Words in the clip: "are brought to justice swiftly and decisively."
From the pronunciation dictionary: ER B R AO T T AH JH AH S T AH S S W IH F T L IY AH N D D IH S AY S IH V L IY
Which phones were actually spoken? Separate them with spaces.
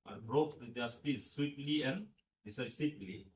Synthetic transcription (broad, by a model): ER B R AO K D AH JH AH S T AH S S W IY T L IY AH N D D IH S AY S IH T L IY